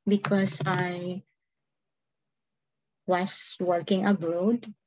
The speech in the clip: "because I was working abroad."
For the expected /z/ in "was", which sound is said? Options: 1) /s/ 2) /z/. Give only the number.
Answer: 1